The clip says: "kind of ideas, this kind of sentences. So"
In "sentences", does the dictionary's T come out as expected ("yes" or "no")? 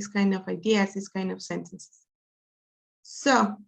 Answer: no